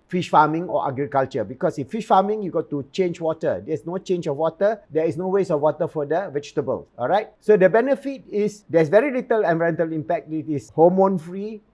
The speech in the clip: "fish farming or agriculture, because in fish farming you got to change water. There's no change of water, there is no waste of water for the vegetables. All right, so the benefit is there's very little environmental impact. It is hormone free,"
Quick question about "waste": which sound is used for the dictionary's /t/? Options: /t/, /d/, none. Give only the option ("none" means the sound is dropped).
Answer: none